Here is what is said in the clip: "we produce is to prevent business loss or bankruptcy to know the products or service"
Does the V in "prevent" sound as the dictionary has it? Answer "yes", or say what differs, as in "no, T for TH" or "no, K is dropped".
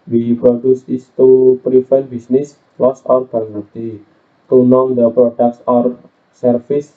no, F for V